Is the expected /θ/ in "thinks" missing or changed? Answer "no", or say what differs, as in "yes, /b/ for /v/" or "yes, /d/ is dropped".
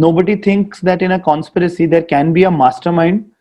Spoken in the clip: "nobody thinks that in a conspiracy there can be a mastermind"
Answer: yes, /t/ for /θ/